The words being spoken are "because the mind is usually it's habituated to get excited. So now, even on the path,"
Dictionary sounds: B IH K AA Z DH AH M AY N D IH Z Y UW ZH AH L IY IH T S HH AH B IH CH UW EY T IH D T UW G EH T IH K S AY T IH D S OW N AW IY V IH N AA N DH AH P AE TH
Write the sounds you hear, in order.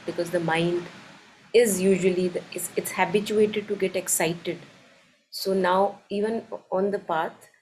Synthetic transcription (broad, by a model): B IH K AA Z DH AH M AY N D IH Z Y UW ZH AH L IY IH T S HH AH B IH CH UW EY T IH D T UW G EH T IH K S AY T IH D S OW N AW IY V IH N AA N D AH P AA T